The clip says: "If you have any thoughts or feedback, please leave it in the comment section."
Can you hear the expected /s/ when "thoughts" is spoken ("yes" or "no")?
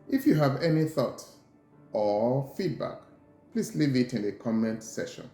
no